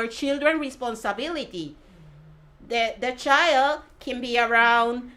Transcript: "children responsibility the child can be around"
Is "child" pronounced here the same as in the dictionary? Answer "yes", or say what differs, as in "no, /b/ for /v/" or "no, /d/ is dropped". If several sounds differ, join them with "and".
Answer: yes